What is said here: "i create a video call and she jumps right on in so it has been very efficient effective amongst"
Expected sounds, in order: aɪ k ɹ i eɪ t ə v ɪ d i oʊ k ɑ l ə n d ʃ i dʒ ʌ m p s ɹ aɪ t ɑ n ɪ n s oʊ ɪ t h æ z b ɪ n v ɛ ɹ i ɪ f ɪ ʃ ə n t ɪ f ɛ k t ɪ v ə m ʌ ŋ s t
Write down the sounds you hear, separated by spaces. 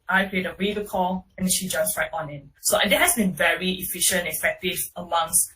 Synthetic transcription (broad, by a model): aɪ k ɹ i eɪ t ə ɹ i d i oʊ k ɑ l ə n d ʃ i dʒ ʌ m s ɹ aɪ t ɑ n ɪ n s oʊ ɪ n h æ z b ɪ n v ɛ ɹ i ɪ f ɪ ʃ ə n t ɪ f ɛ k t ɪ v ə m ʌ ŋ s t